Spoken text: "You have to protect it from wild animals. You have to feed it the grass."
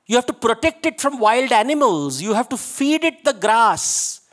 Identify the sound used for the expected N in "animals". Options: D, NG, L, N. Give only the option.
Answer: N